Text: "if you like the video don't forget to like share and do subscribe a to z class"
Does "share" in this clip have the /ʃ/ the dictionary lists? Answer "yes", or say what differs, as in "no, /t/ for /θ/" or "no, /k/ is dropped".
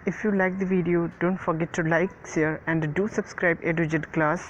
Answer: no, /s/ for /ʃ/